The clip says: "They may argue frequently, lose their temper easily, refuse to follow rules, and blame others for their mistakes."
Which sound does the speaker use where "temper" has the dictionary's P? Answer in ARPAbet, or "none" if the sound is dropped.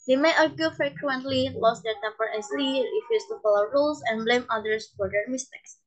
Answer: B